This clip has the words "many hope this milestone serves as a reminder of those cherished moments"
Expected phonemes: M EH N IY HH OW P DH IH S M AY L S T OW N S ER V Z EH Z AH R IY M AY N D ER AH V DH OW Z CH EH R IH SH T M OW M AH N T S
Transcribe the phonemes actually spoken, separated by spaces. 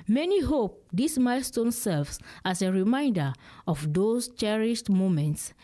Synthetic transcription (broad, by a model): M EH N IY HH OW P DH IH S M AY L S T OW N S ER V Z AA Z AH R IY M AY N D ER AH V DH OW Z CH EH R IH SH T M OW M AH N T S